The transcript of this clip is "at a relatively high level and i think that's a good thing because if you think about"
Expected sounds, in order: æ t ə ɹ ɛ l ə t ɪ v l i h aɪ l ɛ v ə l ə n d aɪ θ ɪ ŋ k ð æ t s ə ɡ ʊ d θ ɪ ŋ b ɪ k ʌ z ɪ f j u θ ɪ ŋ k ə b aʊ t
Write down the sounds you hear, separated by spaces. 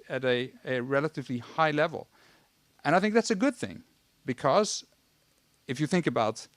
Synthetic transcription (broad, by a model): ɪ t ə ɹ ɛ l ə t ɪ v l i h aɪ l ɛ v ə l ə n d aɪ θ ɪ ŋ k ð æ t s ə ɡ ʊ d θ ɪ ŋ b ɪ k ʌ z ɪ f j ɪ θ ɪ ŋ k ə b aʊ t